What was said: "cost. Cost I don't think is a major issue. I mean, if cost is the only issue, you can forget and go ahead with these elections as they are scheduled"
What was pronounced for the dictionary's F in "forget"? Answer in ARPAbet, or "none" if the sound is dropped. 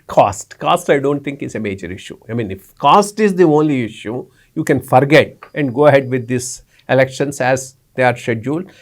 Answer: F